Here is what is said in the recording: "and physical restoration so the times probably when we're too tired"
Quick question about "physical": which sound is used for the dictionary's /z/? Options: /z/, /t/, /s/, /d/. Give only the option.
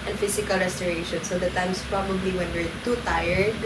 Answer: /s/